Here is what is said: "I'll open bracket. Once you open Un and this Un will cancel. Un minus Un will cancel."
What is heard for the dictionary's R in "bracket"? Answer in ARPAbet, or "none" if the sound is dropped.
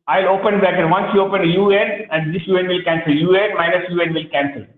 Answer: none